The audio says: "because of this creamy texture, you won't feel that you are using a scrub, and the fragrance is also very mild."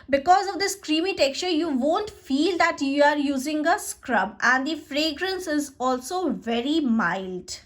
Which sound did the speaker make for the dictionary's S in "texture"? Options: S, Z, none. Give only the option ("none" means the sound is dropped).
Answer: S